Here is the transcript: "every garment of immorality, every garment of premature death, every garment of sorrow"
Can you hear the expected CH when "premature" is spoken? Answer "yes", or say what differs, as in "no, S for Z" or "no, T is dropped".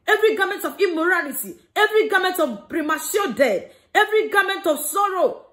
no, S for CH